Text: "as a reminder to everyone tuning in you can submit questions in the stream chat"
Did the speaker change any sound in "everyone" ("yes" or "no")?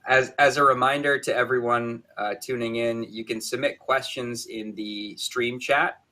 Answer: no